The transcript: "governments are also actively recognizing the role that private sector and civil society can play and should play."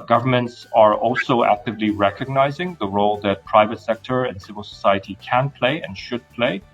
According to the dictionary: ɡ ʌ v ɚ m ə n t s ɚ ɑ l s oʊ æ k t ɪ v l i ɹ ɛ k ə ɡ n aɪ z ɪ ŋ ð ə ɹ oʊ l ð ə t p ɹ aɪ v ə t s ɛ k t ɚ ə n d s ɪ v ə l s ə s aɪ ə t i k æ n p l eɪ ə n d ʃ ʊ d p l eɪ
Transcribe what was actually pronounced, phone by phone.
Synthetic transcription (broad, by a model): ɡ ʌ v ɚ m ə n t s ɚ ɑ l s oʊ æ k t ɪ v l i ɹ ɛ k ə ɡ n aɪ z ɪ ŋ ð ə ɹ oʊ l ð ə t p ɹ aɪ v ə t s ɛ k t ɚ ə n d s ɪ v ə l s ə s aɪ ə t i k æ n p l eɪ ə n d ʃ ʊ d p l eɪ